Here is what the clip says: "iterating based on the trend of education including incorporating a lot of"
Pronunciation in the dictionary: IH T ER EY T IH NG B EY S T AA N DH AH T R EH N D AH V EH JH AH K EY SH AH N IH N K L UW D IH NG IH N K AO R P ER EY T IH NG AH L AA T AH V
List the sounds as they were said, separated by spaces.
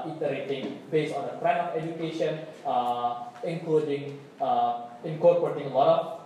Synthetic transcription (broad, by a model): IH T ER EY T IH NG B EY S AA N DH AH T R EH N AH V EH JH AH K EY SH AH N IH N K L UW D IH NG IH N K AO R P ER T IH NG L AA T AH